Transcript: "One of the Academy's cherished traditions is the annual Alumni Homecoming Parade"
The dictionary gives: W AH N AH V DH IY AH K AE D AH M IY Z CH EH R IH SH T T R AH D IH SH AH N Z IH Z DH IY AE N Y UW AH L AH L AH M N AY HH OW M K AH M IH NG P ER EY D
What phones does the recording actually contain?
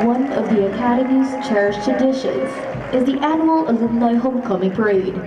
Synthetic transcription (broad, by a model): W AH N AH V DH IY AH K AE D AH M IY Z CH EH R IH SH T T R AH D IH SH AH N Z IH Z DH IY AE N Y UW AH L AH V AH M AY HH OW M K AH M IH NG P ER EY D